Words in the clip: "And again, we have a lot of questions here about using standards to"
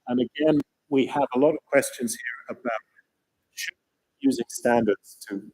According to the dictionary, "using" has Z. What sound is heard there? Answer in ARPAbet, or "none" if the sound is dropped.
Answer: Z